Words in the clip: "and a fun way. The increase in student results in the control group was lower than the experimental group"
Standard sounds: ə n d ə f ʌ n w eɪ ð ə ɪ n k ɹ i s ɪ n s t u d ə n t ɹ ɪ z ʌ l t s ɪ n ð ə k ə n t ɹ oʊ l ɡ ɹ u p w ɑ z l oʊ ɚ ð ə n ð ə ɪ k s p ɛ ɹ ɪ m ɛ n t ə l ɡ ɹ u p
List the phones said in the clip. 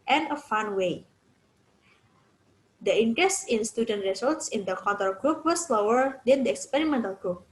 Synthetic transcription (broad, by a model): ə n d ə f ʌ n w eɪ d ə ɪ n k ɹ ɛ s ɪ n s t u d ə n t ɹ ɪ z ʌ l t s ɪ n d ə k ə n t oʊ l ɡ ɹ u p w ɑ s l oʊ ɚ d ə n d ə ɪ k s p ɛ ɹ ɪ m ɛ n t ə l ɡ ɹ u p